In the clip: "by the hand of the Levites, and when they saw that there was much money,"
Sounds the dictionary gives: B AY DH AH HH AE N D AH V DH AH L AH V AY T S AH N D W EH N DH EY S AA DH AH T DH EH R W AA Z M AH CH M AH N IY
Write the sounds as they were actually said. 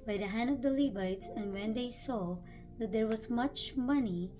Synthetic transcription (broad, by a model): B AY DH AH HH AE N D AH V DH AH L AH B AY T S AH N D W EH N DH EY S AA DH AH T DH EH R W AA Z M AH CH M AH N IY